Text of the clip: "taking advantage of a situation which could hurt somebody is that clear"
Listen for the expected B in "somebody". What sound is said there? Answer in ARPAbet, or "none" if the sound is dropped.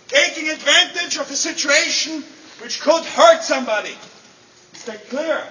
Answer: B